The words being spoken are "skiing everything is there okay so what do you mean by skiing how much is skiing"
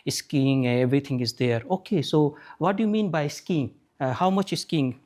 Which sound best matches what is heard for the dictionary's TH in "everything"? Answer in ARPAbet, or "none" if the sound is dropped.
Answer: T